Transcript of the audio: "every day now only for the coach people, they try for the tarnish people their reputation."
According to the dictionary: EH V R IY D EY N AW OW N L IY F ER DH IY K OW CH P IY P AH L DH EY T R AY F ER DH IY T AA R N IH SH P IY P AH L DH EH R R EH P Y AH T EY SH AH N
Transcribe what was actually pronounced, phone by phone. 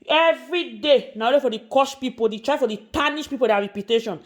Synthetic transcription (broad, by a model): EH V R IY D EY N AW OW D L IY F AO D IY K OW SH P IY P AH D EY T R AY F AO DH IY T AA N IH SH P IY P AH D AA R R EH P Y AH T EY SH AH N